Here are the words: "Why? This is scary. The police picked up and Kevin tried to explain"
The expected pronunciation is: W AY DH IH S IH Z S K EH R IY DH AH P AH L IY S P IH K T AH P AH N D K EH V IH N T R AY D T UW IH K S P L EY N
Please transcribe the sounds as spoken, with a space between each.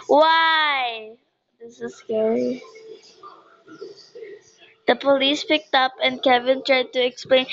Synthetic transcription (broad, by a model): W AY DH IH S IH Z S K EH R IY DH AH P AH L IY S P IH K T AH P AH N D K EH V IH N T R AY D T UW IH K S P L EY N